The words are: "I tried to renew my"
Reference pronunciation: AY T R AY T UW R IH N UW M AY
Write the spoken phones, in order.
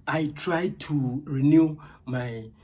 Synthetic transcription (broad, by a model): AY T R AY T UW R IH N UW M AY